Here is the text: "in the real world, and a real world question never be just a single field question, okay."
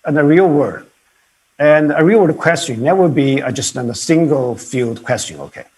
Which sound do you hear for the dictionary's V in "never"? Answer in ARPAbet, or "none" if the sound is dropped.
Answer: W